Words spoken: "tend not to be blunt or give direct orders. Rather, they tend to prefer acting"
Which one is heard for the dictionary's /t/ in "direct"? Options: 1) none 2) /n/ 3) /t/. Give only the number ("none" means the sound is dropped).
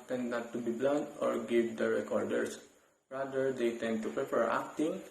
1